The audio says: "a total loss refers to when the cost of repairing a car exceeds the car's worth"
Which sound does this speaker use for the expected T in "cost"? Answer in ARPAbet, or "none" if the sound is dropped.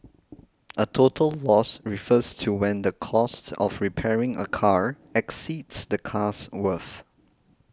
T